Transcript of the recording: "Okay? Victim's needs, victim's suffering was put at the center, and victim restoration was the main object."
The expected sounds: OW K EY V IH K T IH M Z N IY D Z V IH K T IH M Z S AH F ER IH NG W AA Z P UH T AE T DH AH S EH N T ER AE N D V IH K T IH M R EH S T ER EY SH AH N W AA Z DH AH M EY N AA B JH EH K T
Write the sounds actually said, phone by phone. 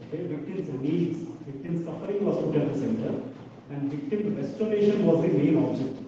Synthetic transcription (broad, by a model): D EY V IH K T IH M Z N IY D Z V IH K T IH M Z S AH F ER IH NG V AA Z P UH T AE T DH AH S EH N T ER AE N D V IH K T IH M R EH S T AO EY SH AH N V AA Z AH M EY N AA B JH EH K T